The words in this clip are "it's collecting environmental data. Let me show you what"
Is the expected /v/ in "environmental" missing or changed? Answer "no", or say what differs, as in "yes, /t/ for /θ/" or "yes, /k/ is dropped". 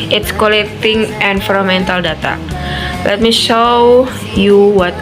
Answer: yes, /f/ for /v/